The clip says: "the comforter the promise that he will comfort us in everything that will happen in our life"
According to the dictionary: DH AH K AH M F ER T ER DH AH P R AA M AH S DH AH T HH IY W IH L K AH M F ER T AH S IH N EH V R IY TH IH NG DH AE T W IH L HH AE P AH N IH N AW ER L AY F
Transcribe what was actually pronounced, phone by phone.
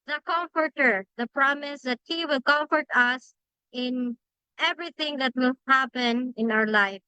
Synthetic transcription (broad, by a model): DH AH K AH M F ER T ER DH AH P R AA M AH S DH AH T HH IY W IH L K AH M F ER T AH S IH N EH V R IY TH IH NG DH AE T W IH L HH AE P AH N IH N AW ER L AY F